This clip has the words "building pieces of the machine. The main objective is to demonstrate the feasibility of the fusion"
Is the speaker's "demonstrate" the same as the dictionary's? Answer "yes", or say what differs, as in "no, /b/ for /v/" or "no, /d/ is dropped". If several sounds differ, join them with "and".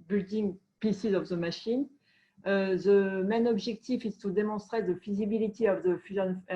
no, /n/ is dropped